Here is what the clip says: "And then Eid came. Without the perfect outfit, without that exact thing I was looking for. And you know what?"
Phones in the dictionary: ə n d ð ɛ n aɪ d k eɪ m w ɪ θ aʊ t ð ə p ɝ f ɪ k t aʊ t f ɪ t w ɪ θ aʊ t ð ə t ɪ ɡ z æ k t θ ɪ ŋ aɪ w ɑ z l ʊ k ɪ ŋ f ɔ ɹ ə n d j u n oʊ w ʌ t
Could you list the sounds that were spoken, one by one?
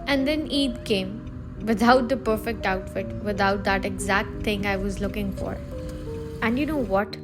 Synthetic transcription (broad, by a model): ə n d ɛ n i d k eɪ m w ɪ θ aʊ t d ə p ɝ f ɪ k t aʊ t f ɪ t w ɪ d aʊ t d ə t ɪ ɡ z æ k t t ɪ ŋ aɪ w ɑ z l ʊ k ɪ ŋ f ɔ ɹ ə n d j u n oʊ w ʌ t